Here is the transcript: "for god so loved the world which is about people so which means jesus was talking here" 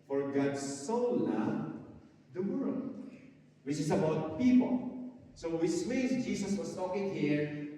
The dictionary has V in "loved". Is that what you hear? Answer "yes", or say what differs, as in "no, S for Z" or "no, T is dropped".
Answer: no, V is dropped